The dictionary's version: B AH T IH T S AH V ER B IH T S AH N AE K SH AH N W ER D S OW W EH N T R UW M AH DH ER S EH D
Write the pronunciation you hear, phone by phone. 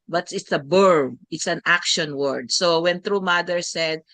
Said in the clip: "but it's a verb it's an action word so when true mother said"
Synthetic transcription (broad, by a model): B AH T IH T S AH B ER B IH T S AH N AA K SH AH N W ER D S OW W EH N T R UW M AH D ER S EH D